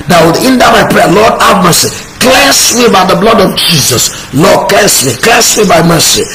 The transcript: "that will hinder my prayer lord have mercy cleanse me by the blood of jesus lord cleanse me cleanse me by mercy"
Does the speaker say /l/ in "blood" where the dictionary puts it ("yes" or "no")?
yes